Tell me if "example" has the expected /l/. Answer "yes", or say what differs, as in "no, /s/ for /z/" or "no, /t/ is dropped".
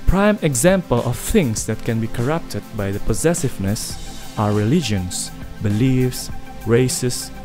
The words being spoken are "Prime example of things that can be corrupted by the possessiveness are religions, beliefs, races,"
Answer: yes